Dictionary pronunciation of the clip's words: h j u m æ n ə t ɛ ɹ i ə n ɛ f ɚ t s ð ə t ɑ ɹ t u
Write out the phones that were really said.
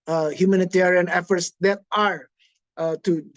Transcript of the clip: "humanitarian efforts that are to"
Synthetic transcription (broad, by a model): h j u m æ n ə t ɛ ɹ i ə n ɛ f ɚ t s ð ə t ɑ ɹ t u